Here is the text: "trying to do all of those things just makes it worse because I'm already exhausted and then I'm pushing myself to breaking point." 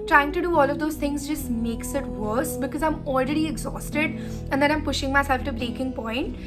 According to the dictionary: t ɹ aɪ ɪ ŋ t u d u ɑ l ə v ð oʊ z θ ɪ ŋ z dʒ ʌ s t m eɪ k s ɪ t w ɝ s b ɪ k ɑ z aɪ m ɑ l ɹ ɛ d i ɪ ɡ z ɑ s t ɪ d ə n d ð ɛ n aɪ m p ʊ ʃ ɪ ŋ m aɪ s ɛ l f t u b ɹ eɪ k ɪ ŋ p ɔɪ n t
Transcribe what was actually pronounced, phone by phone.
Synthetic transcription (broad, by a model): t ɹ aɪ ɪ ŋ t u d u ɑ l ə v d oʊ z t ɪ ŋ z dʒ ʌ s t m eɪ k s ɪ t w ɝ s b ɪ k ɑ z aɪ m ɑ l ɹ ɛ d i ɪ ɡ z ɑ s t ɪ d ə n d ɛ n aɪ m p ʊ ʃ ɪ ŋ m aɪ s ɛ l f t u b ɹ eɪ k ɪ ŋ p ɔɪ n t